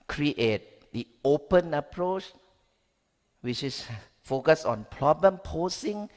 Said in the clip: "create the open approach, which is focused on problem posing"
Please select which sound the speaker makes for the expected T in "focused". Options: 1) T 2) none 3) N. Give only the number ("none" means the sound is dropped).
2